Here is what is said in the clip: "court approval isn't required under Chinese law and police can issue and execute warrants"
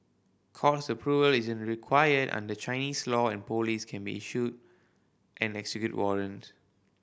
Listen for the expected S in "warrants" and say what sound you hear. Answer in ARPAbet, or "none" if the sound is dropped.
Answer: none